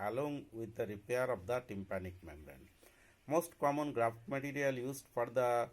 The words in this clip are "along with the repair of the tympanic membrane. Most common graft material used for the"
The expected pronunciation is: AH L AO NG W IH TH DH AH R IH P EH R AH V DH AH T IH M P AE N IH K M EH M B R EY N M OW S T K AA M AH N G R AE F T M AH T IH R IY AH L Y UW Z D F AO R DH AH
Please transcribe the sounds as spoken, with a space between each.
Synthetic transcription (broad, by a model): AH L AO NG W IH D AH R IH P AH R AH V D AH T IH M P AE N IH K M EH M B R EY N M OW S T K AA M AH N G R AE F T M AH T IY R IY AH L Y UW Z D F AO R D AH